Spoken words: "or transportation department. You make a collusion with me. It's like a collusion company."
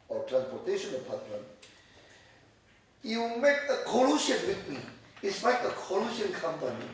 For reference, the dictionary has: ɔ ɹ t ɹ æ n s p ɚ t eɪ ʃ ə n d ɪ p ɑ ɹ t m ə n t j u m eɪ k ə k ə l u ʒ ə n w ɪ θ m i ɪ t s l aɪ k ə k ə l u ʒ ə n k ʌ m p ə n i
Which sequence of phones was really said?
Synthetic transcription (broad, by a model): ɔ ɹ t ɹ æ n s p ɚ t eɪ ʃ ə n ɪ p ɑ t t ə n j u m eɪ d ə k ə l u ʃ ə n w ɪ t m i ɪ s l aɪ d ə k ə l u ʃ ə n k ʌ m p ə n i